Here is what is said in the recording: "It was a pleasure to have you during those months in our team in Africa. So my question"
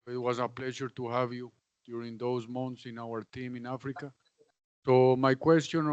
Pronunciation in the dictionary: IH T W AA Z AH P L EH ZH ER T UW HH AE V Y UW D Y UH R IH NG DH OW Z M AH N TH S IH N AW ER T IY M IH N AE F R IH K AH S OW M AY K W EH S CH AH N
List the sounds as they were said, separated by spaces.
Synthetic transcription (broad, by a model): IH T W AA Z AH P L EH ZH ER T UW HH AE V Y UW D Y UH R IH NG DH OW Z M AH N T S IH N AW ER T IY M IH N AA F R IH K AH S OW M AY K W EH S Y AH N